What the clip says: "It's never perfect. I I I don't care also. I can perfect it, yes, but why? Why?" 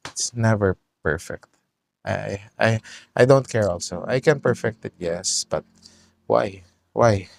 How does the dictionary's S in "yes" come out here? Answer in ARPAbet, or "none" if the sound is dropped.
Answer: S